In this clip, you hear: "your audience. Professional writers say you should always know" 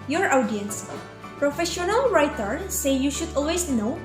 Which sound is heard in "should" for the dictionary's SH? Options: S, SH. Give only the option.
SH